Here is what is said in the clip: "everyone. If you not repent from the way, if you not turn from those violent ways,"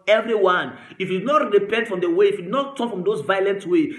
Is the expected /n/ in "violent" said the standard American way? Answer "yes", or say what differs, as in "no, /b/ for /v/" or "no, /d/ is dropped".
yes